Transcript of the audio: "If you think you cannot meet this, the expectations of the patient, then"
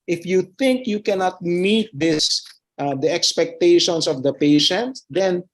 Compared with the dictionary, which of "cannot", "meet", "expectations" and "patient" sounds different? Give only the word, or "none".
expectations